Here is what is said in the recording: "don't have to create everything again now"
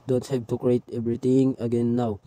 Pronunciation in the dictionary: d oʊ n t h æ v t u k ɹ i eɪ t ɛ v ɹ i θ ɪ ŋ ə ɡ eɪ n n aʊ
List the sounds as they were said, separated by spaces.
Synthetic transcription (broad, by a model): d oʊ n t h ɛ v t u k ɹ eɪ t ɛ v ɹ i t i ŋ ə ɡ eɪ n n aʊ